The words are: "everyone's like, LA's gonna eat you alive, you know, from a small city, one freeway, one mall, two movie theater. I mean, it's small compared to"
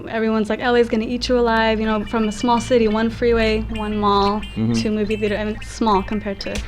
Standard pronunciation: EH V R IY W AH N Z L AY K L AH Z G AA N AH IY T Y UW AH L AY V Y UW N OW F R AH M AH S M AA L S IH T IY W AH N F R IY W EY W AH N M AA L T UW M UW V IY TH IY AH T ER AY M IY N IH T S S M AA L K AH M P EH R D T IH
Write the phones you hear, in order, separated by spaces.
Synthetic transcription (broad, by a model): EH V R IY W AH N Z L AY K L AH Z G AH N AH IY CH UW AH L AY V Y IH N OW F R AH M AH S M AA L S IH T IY W AH N F R IY W EY W AH N M AA L T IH M UW V IY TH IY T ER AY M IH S S M AA L K AH M P EH R D T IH